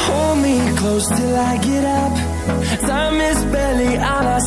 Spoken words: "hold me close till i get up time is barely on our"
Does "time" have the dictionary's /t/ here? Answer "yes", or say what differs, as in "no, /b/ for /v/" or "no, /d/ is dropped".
no, /s/ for /t/